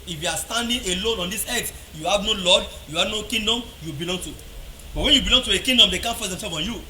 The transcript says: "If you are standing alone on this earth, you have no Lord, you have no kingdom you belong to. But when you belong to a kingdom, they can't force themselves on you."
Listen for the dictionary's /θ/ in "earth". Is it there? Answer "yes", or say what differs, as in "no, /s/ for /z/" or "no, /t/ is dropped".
no, /s/ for /θ/